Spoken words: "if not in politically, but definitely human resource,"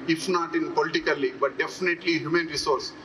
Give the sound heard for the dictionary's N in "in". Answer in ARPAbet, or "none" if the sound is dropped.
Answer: N